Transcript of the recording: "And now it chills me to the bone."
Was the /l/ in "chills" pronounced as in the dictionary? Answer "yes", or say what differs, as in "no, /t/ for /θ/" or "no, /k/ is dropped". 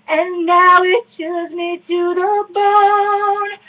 no, /l/ is dropped